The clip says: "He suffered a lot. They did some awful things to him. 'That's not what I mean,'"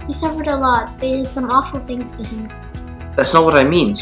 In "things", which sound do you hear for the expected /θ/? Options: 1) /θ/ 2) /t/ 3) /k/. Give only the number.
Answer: 1